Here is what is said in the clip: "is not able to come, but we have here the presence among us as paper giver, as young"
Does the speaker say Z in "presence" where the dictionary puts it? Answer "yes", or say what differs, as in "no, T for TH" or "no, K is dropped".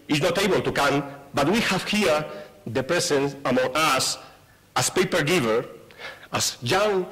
no, S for Z